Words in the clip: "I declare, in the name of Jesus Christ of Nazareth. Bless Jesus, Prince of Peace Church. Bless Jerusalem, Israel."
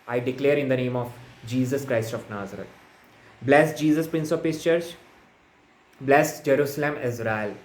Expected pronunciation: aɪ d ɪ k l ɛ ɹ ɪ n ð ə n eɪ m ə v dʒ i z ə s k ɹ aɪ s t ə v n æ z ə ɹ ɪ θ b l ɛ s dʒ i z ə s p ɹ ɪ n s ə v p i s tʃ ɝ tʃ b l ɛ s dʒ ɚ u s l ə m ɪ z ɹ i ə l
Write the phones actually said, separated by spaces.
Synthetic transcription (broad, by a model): aɪ d ɪ k l ɛ ɹ ɪ n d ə n eɪ m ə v dʒ i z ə s k ɹ aɪ s t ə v n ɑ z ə ɹ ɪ t b l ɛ s dʒ i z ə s p ɹ ɪ n s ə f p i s tʃ ɝ tʃ b l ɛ s dʒ ɚ u s l ə m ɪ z ɹ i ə l